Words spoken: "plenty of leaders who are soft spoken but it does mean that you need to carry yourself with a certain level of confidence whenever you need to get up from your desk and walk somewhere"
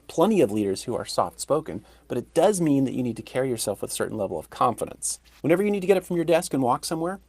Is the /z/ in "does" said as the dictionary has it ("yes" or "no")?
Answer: yes